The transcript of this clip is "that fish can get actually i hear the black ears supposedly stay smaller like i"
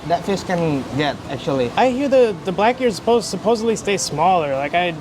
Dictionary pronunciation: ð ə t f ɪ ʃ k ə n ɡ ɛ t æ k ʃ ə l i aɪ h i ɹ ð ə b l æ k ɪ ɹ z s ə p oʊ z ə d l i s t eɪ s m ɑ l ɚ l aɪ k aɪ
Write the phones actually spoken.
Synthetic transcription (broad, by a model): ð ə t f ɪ s k ə n ɡ ɛ t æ k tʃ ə l i aɪ h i ɹ ð ə b l æ k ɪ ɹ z s ə p oʊ z ə d l i s t eɪ s m ɑ l ɚ l aɪ k aɪ